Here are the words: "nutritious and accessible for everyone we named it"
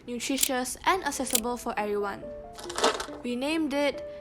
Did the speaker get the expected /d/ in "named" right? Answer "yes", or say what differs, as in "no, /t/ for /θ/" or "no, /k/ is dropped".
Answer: yes